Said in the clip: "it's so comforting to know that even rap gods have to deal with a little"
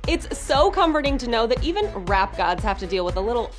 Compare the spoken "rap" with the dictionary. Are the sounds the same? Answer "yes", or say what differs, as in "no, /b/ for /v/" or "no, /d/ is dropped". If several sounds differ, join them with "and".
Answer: yes